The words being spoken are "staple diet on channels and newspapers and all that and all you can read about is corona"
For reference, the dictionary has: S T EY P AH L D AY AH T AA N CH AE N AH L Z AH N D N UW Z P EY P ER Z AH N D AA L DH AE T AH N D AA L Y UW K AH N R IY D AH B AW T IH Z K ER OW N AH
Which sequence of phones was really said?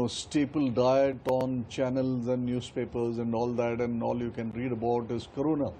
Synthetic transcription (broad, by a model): S T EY P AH L D AY AH T AA N CH AE N AH L Z AH N D N UW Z P EY P ER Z AH N D AA L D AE T AH N D AA L Y UW K AH N R IY D AH B AW T IH Z K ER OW N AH